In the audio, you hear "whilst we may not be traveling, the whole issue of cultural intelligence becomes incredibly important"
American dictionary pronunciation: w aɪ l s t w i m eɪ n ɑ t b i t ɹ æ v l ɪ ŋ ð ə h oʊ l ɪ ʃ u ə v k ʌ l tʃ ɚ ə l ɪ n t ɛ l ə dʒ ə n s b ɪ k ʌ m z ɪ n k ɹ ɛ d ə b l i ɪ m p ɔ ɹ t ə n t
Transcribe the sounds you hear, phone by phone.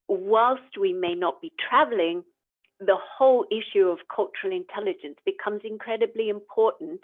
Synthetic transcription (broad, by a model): w aɪ l s t w i m eɪ n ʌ t b i t ɹ æ v l ɪ ŋ ð ə h oʊ l ɪ ʃ u ə v k ʌ l tʃ ɚ ə l ɪ n t ɛ l ə dʒ ə n s b ɪ k ʌ m z ɪ n k ɹ ɛ d ə b l i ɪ m p ɔ ɹ t n t